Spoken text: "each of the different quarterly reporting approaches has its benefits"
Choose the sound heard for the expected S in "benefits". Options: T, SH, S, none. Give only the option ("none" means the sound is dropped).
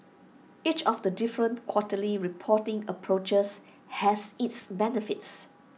S